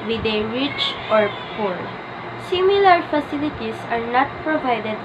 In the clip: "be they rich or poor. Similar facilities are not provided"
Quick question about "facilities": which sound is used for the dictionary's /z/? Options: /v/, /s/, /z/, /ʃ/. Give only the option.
/s/